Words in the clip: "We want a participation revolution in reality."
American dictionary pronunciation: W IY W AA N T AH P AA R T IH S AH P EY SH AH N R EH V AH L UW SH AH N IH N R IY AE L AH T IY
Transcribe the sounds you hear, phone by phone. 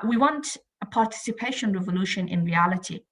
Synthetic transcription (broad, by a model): W IY W AA N T AH P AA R T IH S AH P EY SH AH N R EH V AH L UW SH AH N IH N R IY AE L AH T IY